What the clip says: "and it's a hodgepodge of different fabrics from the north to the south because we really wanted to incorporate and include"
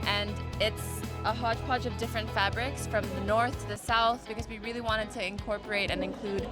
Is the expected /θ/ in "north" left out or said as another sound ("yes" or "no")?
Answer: no